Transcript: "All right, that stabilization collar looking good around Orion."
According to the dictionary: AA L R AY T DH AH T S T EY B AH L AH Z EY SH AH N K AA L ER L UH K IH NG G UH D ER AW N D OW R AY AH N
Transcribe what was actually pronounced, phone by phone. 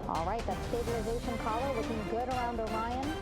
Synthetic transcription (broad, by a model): AA L R AY T DH AH T S T EY B AH L AH Z EY SH AH N K AA L ER W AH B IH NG G UH D ER AW N D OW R AY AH N